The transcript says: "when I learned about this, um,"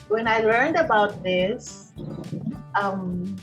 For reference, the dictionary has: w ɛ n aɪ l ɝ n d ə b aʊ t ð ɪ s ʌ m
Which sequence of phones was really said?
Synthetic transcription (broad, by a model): w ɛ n aɪ l ɝ n d ə b aʊ t ð ɪ s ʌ m